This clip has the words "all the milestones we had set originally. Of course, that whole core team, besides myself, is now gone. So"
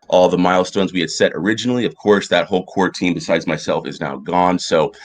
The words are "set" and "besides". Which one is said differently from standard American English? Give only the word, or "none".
none